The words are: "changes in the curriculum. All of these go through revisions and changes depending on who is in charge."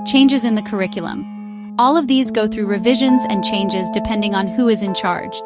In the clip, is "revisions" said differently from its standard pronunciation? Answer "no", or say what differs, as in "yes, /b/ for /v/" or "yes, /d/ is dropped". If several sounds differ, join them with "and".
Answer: no